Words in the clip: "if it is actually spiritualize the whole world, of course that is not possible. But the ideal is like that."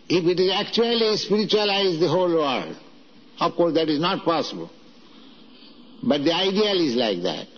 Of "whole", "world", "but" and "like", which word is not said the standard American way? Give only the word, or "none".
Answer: world